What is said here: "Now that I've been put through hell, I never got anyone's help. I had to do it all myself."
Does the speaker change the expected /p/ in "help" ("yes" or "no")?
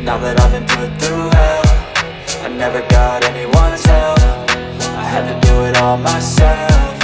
yes